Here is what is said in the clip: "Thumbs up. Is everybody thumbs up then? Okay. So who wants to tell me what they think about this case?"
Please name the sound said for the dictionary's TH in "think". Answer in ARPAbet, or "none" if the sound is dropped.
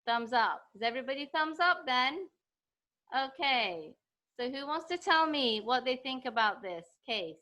TH